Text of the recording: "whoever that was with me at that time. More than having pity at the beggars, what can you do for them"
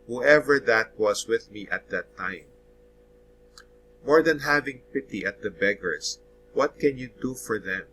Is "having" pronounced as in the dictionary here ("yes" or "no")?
yes